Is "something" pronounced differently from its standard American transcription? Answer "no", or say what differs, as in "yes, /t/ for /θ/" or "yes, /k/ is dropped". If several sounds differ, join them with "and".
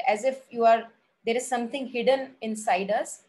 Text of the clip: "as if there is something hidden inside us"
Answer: yes, /t/ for /θ/